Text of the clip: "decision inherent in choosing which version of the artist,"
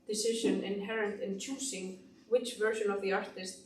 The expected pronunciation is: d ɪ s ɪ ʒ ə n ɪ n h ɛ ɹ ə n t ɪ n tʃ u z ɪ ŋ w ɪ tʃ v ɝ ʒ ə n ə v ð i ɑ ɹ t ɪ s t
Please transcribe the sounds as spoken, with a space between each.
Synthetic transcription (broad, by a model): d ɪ s ɪ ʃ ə n ɪ n h ɛ ɹ ə n t ɪ n tʃ u s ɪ ŋ w ɪ tʃ v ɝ ʃ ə n ə v ð i ɑ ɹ t ɪ s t